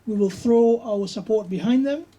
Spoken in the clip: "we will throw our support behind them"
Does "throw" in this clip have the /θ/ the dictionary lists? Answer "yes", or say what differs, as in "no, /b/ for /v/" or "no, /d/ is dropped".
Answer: yes